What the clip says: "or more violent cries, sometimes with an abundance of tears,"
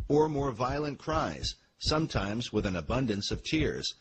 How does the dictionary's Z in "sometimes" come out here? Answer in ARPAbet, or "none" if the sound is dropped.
Z